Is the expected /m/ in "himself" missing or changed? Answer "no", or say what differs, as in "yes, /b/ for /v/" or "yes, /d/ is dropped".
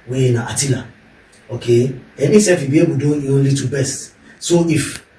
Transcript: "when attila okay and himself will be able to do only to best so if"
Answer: yes, /m/ is dropped